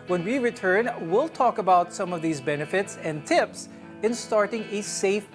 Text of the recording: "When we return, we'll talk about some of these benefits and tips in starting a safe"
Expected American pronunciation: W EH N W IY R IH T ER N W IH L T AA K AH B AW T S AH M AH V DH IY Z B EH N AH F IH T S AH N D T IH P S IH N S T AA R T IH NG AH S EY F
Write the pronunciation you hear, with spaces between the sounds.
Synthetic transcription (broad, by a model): W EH N W IY R IH T ER N W IH L T AA K AH B AW T S AH M AH V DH IY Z B EH N AH F IH T S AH N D T IH P S IH N S T AA R T IH NG AH S EY F